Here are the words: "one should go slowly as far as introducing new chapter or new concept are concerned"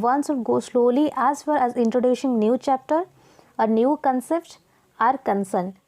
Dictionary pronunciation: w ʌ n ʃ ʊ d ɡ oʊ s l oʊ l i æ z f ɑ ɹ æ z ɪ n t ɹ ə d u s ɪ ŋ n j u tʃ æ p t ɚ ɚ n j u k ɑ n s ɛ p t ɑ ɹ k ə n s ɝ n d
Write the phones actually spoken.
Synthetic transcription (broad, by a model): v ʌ n s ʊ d ɡ oʊ s l oʊ l i æ z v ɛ l æ z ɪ n t ɹ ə d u ʃ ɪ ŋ n j u tʃ æ p t ɚ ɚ n j u k ɑ n s ɛ p t ɑ ɹ k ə n s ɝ n